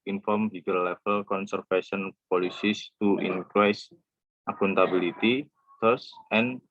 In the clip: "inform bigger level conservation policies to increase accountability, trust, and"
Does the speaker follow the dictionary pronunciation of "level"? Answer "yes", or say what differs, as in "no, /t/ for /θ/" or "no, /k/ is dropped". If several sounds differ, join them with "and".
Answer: no, /f/ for /v/